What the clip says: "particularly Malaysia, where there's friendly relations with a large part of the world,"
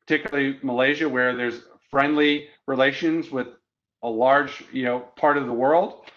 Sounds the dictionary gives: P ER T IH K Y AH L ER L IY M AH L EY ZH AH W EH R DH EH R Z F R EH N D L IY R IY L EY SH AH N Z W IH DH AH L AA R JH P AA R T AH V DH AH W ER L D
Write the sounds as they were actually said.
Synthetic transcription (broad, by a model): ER T IH K Y L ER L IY M AH L EY ZH AH W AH R DH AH R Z F R EH N D L IY R IY L EY SH AH N Z W IH DH AH L AA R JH P AA R T AH V DH AH W ER L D